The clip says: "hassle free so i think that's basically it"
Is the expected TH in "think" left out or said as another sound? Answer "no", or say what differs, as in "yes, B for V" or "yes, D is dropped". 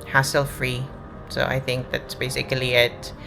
no